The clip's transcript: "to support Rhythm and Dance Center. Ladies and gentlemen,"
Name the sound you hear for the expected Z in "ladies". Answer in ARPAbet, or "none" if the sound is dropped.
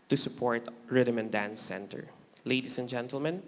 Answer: S